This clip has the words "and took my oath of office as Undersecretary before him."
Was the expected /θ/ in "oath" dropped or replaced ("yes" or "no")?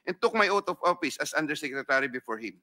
yes